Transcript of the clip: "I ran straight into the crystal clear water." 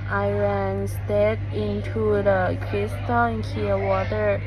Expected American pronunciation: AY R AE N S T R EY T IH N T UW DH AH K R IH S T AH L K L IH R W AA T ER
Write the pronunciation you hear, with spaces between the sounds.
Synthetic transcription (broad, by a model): AY R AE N S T EY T IH N T UW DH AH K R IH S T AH N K IY W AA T ER